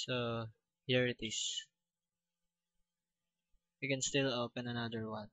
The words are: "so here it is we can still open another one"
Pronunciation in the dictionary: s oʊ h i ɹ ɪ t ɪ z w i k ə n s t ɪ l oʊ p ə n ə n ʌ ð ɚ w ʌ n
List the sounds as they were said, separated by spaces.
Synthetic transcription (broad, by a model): s oʊ h i ɹ ɪ t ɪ s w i k ə n s t ɪ l oʊ p ə n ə n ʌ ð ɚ w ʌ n